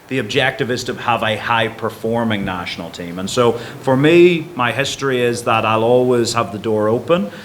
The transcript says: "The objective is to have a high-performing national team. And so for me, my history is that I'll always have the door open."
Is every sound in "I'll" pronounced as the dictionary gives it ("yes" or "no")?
yes